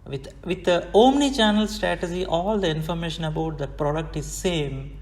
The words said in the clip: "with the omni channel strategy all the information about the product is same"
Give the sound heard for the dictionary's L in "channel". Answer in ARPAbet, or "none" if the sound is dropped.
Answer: L